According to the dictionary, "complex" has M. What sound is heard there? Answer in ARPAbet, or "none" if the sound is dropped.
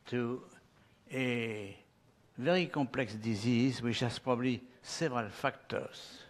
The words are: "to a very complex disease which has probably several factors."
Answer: none